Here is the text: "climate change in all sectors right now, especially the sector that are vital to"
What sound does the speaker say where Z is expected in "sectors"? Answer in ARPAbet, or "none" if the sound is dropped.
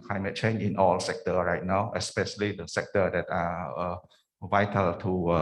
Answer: none